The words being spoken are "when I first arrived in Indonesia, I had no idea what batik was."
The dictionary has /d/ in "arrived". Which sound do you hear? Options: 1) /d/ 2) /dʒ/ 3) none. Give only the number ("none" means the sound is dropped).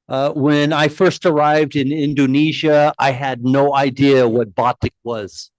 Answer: 1